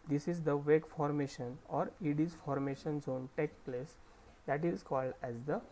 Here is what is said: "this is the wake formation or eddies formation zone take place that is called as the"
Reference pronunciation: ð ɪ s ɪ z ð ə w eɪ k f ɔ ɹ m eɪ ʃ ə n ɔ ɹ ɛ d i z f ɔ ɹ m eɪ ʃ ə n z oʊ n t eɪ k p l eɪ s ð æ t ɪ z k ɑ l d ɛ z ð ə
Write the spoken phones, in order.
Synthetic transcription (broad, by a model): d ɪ s ɪ z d ə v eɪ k f ɔ ɹ m eɪ ʃ ə n ɔ ɹ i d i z f ɔ ɹ m eɪ ʃ ə n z oʊ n t eɪ k p l eɪ s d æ t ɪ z k ɑ l d ɛ z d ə